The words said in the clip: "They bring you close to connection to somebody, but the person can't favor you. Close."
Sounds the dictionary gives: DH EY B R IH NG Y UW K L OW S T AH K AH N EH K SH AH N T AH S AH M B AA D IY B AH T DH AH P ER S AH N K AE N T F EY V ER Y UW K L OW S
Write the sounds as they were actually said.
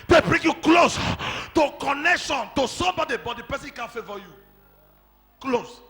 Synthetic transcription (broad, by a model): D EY B R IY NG Y UW K L OW S T AH K AH N EH K SH AH N T AH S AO B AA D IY B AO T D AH P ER S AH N K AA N F EY V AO Y UW K L OW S